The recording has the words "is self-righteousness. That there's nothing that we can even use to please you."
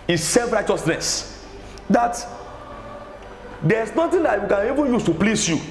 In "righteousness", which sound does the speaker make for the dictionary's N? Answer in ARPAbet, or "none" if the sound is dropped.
N